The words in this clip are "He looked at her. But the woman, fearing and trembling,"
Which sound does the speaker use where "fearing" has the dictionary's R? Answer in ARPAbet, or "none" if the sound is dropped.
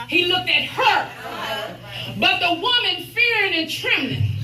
R